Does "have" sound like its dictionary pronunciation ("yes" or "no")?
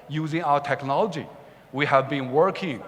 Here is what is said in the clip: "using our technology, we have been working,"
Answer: yes